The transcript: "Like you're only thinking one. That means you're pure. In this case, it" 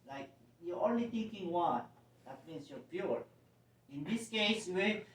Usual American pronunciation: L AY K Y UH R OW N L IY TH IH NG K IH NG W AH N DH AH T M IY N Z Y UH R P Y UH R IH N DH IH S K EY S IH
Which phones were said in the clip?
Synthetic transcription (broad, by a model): L AY K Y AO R OW N L IY T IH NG K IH NG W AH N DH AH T M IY N S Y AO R P Y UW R IH N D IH S K EY S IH